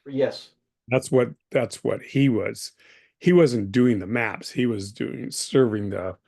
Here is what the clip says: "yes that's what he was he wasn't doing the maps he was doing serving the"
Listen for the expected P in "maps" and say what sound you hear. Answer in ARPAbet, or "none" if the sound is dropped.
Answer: P